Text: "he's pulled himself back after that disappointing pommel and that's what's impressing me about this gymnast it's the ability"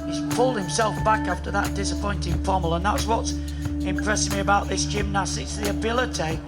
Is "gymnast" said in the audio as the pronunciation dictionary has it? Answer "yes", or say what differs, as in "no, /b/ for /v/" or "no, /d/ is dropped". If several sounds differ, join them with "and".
no, /t/ is dropped